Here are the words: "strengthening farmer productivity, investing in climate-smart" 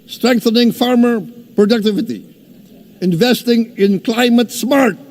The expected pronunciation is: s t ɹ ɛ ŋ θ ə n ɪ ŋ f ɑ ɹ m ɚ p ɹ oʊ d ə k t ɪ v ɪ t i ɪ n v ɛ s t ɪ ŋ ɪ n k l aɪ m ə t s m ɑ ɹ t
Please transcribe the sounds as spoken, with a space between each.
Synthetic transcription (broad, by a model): s t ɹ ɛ ŋ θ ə n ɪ ŋ f ɑ ɹ m ɚ p ɹ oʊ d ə k t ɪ v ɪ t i ɪ n v ɛ s t ɪ ŋ ɪ n k l aɪ m ə t s m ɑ ɹ t